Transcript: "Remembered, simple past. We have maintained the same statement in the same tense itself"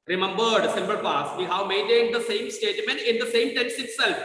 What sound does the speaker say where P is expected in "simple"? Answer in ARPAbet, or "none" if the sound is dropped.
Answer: B